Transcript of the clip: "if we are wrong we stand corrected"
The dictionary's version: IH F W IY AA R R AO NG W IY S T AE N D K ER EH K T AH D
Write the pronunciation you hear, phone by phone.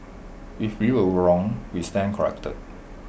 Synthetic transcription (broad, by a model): IH F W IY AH L R AO NG W IY S T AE N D K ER EH K T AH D